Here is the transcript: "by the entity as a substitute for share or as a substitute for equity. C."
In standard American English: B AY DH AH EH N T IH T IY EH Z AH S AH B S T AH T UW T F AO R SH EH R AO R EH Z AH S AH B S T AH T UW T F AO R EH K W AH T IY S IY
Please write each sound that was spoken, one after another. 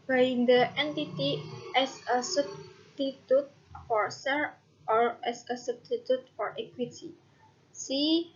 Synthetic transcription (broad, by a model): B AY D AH EH N T IH T IY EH S AH S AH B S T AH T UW T F AO R S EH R AO R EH S AH S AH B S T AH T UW T F AO R EH K W AH T IY S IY